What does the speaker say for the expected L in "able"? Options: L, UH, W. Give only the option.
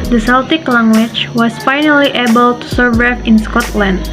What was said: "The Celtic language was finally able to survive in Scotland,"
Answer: L